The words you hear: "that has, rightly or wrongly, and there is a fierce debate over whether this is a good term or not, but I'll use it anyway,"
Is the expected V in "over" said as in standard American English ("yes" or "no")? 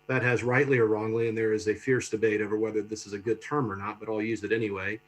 yes